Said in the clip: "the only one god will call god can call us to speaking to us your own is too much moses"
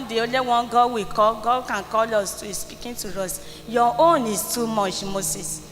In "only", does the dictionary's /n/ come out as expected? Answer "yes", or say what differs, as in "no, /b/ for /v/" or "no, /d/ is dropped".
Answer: no, /n/ is dropped